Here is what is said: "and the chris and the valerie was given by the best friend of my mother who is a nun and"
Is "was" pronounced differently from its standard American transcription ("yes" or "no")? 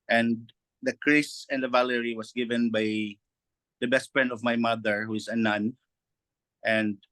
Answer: yes